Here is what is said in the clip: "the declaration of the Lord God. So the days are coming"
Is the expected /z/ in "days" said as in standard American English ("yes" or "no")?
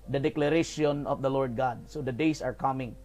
no